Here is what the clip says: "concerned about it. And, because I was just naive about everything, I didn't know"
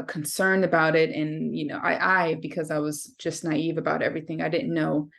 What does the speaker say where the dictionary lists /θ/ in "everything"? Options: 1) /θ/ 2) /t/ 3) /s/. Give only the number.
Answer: 1